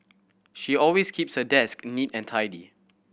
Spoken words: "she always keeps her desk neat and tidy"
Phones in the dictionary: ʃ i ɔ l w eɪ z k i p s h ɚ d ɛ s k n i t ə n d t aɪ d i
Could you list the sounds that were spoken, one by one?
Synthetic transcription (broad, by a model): ʃ i ɔ l w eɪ s k i p s h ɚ d ɛ s k n i t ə n t aɪ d i